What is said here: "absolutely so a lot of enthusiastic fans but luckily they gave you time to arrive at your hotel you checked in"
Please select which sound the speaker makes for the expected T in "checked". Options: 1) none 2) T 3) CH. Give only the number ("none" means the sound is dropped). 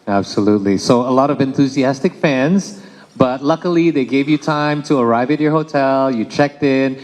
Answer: 2